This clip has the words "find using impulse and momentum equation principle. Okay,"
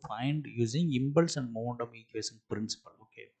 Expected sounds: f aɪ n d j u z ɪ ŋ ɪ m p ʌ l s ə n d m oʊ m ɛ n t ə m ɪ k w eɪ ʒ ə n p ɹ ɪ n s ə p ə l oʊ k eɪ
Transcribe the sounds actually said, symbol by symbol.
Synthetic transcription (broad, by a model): f aɪ n d j u z ɪ ŋ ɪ m b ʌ l s ə n d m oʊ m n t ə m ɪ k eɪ s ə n p ɹ ɪ n s ə p ə l oʊ k eɪ